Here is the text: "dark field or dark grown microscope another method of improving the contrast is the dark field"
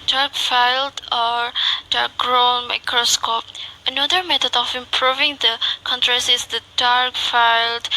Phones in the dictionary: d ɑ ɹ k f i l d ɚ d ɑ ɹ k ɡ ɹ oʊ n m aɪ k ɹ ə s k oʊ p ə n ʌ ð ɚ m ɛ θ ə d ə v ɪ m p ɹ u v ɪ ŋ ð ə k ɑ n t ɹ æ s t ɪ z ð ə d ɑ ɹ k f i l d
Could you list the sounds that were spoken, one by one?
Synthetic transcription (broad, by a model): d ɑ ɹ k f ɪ l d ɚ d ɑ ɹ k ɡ ɹ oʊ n m aɪ k ɹ ə s k oʊ p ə n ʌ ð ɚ m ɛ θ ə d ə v ɪ m p ɹ u v ɪ ŋ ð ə k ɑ n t ɹ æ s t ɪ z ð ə d ɑ ɹ k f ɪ l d